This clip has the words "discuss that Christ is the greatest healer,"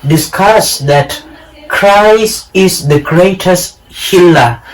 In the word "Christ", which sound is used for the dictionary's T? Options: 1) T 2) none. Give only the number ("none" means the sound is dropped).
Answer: 2